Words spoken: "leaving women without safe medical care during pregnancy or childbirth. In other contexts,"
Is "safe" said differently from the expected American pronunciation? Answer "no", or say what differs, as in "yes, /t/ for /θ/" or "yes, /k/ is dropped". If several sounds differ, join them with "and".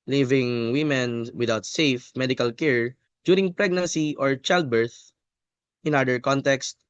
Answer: no